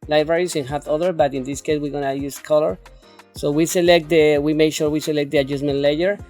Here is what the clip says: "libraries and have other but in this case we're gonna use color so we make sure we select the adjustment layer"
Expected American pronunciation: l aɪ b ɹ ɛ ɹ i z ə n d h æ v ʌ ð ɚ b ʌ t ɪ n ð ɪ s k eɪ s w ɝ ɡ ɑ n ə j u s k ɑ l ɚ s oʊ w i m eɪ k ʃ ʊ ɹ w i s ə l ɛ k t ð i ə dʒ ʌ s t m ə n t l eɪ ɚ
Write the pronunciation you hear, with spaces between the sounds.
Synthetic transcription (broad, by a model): l aɪ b ɹ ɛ ɹ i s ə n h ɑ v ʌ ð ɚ b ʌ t ɪ n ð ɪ s k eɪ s w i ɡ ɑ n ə j u s k ɑ l ɚ s oʊ w i m eɪ k ʃ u ɹ w i s ə l ɛ k t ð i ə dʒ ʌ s m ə n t l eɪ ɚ